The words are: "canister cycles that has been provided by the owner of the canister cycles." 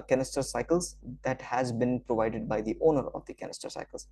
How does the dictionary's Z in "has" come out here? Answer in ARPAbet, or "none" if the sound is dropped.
Z